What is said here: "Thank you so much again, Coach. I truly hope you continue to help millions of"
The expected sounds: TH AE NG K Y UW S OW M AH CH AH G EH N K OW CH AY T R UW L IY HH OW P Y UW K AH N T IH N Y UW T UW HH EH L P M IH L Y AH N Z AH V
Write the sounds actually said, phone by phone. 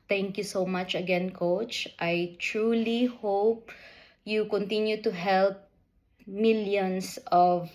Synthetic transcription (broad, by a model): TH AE NG K Y UW S OW M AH CH AH G EH N K OW CH AY T R UW L IY HH OW P Y UW K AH N T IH N Y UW T UW HH EH L P M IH L Y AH N S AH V